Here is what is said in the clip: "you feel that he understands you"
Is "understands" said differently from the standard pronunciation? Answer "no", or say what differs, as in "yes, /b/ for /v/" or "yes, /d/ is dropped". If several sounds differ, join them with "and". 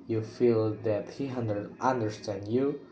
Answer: yes, /z/ is dropped